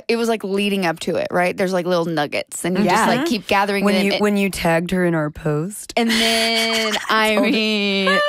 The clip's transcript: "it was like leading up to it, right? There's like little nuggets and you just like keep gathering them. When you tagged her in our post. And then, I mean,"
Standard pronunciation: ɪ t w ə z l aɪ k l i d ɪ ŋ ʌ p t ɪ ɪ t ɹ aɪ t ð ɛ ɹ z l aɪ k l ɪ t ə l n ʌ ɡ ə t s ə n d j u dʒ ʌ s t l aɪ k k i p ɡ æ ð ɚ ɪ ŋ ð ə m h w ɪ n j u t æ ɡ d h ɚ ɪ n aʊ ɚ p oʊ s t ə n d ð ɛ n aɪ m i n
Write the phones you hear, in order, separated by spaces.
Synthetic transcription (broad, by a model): ɪ t w ə z l aɪ k l i d ɪ ŋ ʌ p t ɪ ɪ t ɹ aɪ t ð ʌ ɹ z l aɪ k l ɪ t l n ʌ ɡ ə t s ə n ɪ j dʒ ʌ s t l aɪ k k i p ɡ æ ð ɚ ɪ ŋ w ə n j w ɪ n j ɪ t æ ɡ d h ɚ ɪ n aʊ ɚ p oʊ s t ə n ð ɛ n aɪ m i